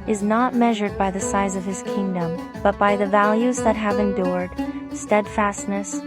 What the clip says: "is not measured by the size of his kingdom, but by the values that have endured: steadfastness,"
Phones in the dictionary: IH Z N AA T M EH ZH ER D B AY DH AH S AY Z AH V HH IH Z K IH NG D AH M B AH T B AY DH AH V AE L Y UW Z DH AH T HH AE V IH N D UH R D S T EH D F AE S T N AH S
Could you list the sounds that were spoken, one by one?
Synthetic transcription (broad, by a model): IH Z N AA T M EH ZH ER D B AY DH AH S AY Z AH V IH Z K IH NG D AH M B AH T B AY DH AH V AE L Y UW Z DH AH T HH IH V IH N D UH R D S T EH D F AE S T N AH S